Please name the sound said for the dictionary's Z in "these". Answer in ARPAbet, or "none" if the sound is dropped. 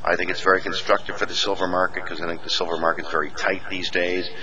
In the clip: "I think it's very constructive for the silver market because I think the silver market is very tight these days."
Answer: Z